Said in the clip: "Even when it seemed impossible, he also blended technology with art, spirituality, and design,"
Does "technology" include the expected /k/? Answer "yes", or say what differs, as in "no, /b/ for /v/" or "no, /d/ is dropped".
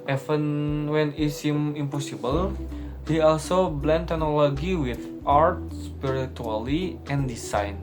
no, /k/ is dropped